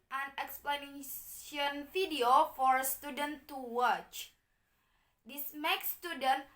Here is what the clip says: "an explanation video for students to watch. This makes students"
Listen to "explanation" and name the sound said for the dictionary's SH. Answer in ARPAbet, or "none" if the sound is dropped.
none